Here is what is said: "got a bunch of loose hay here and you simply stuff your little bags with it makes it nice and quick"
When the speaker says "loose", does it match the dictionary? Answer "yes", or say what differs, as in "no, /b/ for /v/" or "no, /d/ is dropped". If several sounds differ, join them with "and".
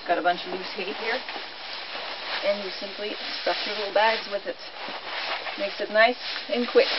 no, /n/ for /l/